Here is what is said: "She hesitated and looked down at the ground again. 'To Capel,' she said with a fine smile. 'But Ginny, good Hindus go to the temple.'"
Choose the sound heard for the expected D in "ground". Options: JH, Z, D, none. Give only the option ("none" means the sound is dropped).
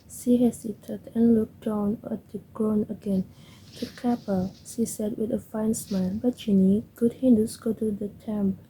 none